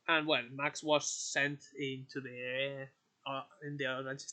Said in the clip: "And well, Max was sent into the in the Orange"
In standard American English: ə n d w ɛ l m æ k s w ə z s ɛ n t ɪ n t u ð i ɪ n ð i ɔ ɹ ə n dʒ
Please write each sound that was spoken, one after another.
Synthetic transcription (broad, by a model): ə n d w ɛ l m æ k s w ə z s ɛ n t ɪ n t u ð i ɪ n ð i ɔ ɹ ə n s